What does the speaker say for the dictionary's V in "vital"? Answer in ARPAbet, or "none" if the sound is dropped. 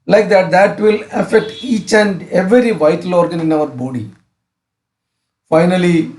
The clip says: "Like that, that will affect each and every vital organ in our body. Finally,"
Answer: V